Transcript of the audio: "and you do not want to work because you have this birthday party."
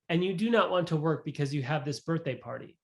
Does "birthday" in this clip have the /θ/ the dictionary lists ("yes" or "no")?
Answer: yes